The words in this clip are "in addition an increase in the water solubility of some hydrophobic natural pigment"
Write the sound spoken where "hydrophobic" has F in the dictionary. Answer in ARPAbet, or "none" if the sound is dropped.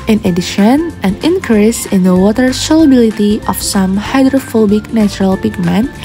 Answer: F